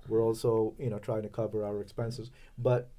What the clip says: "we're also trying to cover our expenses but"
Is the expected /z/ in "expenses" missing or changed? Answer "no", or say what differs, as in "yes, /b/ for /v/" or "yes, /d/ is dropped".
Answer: no